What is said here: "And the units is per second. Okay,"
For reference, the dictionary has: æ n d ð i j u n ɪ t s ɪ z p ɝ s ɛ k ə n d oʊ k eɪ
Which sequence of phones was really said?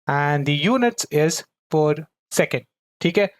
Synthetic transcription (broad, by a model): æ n d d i j u n ɪ t s ɪ z f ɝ s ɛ k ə n d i k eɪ